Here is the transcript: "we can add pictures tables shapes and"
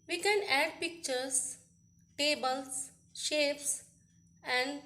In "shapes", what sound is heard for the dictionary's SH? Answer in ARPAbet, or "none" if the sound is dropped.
SH